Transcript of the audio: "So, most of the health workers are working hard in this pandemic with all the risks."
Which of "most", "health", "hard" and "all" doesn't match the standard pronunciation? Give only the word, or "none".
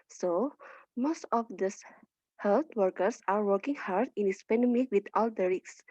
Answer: health